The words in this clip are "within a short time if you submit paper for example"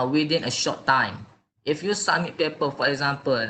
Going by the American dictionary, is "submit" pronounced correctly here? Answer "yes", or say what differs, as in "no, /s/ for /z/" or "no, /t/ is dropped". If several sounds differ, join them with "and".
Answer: no, /b/ is dropped